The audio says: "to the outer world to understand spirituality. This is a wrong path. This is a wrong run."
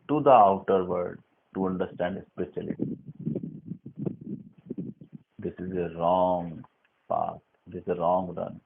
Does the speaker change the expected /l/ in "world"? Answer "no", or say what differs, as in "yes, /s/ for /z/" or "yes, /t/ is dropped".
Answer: yes, /l/ is dropped